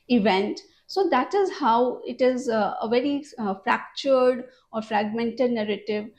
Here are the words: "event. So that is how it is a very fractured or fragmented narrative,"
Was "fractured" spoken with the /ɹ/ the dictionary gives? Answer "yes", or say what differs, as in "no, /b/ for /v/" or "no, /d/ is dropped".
yes